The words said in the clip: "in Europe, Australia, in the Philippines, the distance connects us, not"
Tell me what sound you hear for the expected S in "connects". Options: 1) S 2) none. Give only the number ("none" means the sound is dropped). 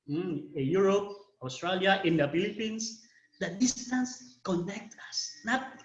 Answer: 2